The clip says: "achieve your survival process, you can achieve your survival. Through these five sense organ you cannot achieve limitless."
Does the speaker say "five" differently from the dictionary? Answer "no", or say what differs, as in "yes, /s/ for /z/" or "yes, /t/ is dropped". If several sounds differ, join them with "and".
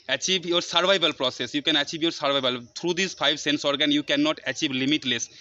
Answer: yes, /b/ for /v/